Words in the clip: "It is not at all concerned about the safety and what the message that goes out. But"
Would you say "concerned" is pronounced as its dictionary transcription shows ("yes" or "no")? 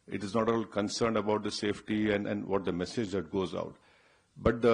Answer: yes